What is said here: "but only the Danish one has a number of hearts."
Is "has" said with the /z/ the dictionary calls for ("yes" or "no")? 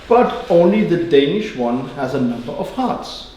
yes